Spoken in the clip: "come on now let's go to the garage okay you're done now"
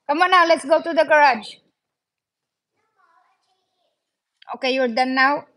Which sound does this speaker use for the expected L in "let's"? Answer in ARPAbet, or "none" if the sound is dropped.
L